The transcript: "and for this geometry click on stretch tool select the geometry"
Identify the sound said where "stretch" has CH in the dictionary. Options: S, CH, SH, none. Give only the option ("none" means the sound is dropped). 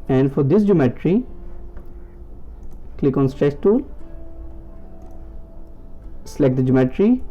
S